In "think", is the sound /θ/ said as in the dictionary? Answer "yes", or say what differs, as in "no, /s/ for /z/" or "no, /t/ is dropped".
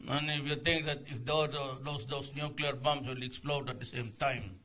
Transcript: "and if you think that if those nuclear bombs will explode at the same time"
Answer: no, /t/ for /θ/